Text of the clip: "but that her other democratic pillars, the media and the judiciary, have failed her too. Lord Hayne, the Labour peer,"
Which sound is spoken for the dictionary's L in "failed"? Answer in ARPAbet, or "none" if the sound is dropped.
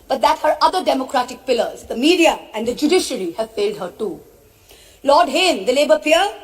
L